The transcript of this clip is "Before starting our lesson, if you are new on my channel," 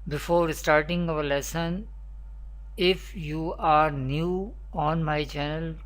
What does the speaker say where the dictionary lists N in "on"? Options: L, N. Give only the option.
N